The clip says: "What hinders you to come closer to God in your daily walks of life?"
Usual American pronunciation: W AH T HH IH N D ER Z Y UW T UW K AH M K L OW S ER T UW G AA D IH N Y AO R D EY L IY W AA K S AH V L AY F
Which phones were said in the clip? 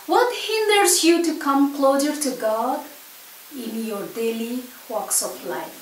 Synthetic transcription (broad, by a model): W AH T HH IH N D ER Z Y UW T UW K AH M K L OW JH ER T UW G AA D IH N Y AO R D EY L IY W AA K S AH F L AY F